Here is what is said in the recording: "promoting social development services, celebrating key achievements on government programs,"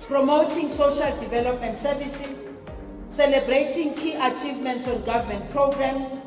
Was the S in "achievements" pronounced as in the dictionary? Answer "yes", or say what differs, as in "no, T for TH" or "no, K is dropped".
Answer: yes